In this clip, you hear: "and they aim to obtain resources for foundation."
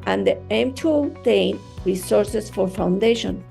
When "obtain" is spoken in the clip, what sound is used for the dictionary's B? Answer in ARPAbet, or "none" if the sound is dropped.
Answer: none